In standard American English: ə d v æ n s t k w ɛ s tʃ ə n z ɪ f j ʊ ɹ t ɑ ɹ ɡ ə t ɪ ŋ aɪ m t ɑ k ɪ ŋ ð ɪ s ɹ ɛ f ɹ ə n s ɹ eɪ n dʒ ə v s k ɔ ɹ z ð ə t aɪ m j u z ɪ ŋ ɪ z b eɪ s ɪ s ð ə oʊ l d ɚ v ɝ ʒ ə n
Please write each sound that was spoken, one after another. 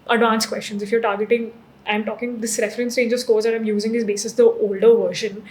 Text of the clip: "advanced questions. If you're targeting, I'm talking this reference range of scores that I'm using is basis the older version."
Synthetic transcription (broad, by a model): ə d v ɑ n s k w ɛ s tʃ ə n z ɪ f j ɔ ɹ t ɑ ɹ ɡ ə t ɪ ŋ aɪ m t ɑ k ɪ ŋ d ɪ s ɹ ɛ f ɹ ə n s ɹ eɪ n dʒ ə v s k ɔ ɹ z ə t aɪ m j u z ɪ ŋ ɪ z b eɪ s ɪ s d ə oʊ l d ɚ v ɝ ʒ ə n